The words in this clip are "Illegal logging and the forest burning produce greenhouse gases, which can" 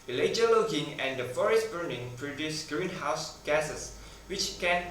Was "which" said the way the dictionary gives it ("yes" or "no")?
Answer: yes